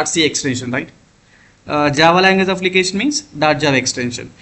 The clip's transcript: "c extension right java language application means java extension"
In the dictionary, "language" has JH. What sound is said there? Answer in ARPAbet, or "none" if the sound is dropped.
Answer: Z